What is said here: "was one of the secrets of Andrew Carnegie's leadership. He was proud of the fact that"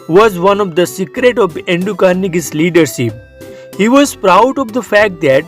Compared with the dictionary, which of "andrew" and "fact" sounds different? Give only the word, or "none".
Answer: andrew